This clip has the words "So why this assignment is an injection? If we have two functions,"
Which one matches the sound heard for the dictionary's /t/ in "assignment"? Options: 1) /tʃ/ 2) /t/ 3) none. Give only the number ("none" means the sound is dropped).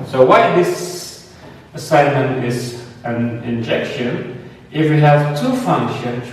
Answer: 2